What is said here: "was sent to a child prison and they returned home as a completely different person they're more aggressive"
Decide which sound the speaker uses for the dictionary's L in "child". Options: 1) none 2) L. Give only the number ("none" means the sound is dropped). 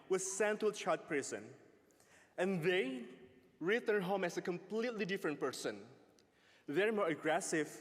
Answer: 1